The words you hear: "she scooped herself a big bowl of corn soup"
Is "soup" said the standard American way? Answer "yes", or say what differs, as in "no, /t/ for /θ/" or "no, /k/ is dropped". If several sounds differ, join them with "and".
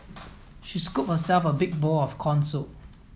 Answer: no, /p/ is dropped